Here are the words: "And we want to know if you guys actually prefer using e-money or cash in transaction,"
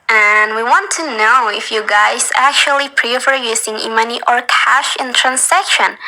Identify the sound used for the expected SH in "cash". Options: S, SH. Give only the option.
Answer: SH